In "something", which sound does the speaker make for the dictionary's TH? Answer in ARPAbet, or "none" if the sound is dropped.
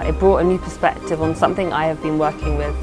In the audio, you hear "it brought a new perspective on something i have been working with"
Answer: TH